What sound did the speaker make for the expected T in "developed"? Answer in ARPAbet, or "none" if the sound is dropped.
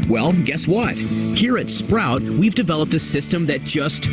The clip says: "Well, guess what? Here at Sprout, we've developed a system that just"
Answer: T